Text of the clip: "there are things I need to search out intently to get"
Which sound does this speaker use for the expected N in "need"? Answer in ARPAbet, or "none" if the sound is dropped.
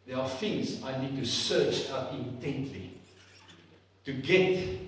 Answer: N